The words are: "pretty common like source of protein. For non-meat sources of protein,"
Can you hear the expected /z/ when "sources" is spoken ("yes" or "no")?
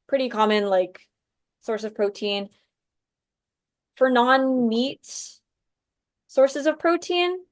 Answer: yes